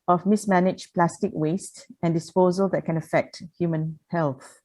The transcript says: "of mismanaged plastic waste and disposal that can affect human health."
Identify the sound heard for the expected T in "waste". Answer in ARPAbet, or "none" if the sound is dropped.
T